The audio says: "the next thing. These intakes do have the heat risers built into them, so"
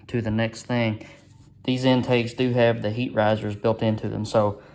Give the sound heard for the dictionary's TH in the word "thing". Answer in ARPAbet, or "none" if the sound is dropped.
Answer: TH